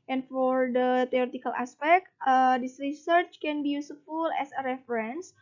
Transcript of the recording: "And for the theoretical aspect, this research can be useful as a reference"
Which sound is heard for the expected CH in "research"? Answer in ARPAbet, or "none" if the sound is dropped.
CH